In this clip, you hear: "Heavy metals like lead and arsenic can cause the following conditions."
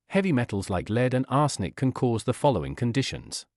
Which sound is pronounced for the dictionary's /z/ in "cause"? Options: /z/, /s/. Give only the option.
/z/